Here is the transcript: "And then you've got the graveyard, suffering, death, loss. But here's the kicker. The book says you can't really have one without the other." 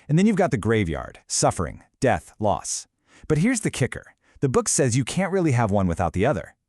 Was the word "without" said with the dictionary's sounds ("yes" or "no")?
yes